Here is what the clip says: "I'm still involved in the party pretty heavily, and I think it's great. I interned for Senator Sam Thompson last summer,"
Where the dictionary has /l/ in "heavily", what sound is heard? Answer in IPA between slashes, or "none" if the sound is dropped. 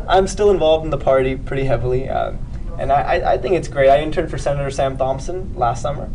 /n/